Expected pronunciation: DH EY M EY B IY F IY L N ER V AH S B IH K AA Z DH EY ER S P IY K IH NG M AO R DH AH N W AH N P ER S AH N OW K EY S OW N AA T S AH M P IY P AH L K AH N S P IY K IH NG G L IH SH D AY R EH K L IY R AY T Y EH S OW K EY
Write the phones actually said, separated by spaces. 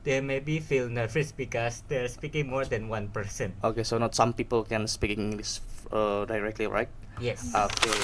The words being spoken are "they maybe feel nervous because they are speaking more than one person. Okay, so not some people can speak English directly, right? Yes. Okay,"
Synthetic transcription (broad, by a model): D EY M EY B IY F IY L N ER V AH S B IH K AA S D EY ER S P IY K IH NG M AO R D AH N W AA N P ER S AH N OW K EY S OW N AA T S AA M P IY P AH L K AH N S P IY K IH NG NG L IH S D AY R EH K L IY R AY T Y EH S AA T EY